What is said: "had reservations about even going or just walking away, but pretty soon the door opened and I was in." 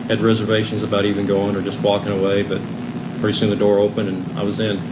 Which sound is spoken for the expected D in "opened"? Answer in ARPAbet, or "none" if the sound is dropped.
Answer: none